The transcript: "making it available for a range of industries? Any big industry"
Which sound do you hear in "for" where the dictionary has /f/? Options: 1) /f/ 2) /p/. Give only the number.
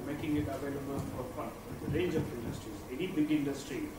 2